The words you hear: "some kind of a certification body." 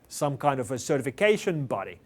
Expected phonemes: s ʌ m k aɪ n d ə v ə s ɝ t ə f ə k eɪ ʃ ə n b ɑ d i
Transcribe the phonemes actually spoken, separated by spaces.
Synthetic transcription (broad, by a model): s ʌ m k aɪ n d ə v ə s ɝ t ə f ə k eɪ ʃ ə n b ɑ d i